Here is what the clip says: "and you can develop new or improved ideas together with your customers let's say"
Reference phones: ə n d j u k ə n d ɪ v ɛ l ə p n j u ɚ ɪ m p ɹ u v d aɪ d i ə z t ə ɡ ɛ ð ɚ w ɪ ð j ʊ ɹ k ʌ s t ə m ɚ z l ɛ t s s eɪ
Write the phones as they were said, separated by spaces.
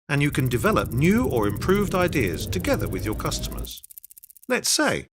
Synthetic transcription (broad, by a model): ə n j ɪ k ə n d ɪ v ɛ l ə p n j u ɚ ɪ m p ɹ u v d aɪ d i ə z t ə ɡ ɛ ð ɚ w ɪ ð j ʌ ɹ k ʌ s t ə m ɚ z l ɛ t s s eɪ